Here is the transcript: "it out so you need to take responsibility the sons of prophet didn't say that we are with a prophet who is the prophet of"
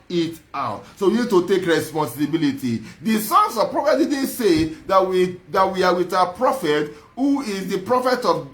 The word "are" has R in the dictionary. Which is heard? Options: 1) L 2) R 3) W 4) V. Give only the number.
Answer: 3